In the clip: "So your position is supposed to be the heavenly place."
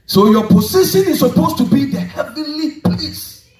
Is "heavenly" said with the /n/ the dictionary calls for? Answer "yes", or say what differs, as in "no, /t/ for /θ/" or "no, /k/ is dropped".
no, /n/ is dropped